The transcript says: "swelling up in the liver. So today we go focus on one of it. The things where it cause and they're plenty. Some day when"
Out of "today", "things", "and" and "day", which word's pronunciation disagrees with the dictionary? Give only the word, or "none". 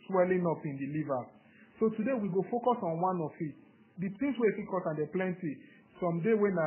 things